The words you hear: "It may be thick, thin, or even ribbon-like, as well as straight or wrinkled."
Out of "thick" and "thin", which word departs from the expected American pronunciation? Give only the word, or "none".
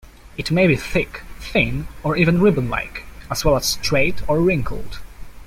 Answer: none